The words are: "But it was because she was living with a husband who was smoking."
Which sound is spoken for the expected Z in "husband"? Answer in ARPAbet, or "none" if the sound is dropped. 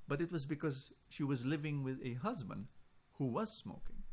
Z